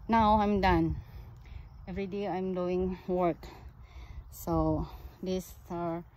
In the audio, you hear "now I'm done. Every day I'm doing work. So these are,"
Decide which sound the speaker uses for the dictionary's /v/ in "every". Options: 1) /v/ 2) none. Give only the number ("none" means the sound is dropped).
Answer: 1